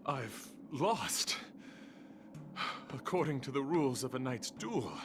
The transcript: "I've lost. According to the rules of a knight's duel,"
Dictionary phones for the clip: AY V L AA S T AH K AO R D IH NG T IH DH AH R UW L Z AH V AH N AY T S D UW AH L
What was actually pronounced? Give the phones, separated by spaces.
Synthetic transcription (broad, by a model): AY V L AA S T AH K AO R D IH NG T IH DH AH R UW L Z AH V AH N AY T S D UW L